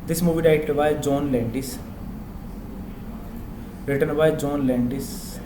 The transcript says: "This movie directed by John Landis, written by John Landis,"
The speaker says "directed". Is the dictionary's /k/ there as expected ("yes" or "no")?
no